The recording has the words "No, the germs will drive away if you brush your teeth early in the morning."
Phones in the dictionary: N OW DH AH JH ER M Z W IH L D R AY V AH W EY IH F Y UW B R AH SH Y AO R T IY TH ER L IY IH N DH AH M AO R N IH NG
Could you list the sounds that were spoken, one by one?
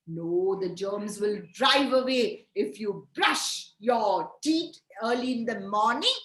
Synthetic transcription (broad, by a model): N OW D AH JH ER M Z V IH L D R AY V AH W EY IH F Y UW B R AH SH Y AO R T IY T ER L IY IH N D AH M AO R N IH NG